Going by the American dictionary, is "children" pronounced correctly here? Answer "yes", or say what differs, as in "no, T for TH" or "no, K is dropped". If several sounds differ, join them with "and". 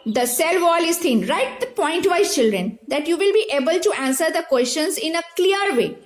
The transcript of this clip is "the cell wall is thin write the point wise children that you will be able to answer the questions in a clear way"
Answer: yes